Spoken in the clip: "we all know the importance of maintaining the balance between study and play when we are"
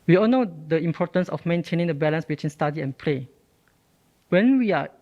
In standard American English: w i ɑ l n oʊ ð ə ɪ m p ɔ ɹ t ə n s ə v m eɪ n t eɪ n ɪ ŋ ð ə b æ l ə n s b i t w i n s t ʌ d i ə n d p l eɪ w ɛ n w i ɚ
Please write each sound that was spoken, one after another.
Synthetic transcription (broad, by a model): w i ɑ l n oʊ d ə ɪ m p ɔ t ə n s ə f m eɪ n t eɪ n ɪ ŋ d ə b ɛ l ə n s b i t w i n s t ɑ d i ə n p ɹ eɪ w ɛ n w i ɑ